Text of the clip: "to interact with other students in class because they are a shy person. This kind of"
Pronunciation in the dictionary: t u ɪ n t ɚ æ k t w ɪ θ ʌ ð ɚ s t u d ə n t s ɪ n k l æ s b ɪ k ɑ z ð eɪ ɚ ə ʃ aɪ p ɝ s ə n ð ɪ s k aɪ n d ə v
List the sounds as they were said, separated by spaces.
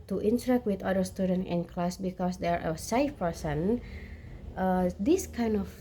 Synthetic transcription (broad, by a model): t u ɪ n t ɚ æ k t w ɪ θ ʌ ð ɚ s t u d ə n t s ɪ n k l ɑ s b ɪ k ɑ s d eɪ ɚ ə s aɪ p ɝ s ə n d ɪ s k aɪ n d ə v